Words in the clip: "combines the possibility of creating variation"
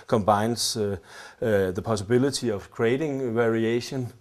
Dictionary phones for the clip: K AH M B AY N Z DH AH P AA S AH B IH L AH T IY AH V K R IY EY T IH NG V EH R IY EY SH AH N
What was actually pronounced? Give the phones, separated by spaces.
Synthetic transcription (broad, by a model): K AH M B AY N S DH AH P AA S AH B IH L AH S IY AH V K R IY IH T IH NG V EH R IY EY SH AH N